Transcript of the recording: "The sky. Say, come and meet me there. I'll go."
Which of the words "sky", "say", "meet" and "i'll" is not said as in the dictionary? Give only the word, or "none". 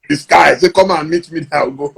i'll